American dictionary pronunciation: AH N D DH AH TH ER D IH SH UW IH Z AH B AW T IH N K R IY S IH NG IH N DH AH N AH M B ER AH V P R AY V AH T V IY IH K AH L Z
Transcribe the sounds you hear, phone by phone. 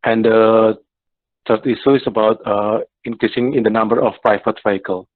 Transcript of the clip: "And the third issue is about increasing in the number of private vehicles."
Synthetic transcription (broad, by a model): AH N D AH T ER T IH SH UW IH S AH B AW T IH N K R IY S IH NG IH N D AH N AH M B ER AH F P R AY F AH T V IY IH K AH L